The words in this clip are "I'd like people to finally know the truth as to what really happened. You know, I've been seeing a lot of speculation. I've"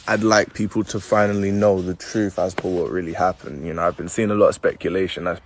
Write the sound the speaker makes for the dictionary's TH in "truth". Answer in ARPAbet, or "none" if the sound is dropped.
TH